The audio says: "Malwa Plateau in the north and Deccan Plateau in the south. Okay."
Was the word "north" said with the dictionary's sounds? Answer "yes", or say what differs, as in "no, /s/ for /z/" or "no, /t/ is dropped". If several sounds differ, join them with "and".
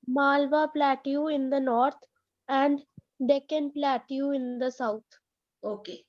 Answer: no, /t/ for /θ/